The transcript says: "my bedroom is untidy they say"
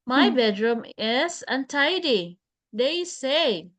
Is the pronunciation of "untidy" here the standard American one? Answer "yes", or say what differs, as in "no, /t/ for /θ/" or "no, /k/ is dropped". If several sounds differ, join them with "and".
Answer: yes